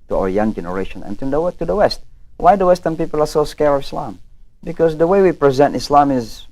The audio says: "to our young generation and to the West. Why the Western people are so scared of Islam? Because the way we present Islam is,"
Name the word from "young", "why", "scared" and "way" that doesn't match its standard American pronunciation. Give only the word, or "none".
scared